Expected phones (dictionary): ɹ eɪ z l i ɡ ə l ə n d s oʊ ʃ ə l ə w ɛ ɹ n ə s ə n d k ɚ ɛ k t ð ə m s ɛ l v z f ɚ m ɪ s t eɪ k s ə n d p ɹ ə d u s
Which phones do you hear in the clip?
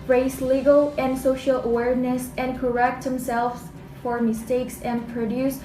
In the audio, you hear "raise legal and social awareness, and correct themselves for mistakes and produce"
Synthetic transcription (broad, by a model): ɹ eɪ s l i ɡ ə l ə n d s oʊ ʃ ə l ə w ɛ ɹ n ə s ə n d k ɚ ɛ k t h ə m s ɛ l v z f ɚ m ɪ s t eɪ k s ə n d p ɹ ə d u s